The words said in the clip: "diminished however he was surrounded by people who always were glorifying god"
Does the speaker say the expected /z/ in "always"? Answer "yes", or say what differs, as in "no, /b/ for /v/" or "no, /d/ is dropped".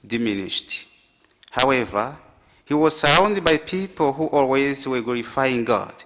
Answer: yes